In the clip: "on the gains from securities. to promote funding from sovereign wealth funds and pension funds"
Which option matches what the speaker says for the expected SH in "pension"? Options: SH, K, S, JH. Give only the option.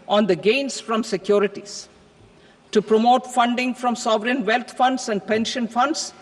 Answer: SH